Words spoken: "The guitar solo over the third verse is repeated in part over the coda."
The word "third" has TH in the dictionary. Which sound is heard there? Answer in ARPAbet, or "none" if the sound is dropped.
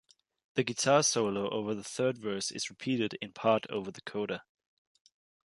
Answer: TH